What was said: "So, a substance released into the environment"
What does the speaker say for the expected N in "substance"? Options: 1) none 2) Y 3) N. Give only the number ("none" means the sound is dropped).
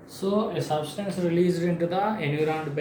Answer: 3